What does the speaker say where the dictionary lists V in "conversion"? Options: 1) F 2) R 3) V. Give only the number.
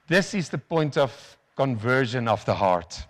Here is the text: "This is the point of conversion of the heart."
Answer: 3